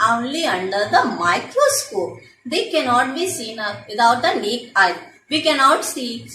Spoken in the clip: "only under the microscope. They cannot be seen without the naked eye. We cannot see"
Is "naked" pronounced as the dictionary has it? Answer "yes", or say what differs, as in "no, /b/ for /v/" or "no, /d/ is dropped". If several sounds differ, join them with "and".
no, /d/ is dropped